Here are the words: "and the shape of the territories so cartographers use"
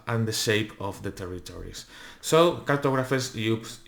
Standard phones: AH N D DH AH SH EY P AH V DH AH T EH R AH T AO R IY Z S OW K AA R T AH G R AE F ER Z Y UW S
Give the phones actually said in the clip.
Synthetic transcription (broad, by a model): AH N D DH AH SH EY P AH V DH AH T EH R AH T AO R IY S S OW K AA R T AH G R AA F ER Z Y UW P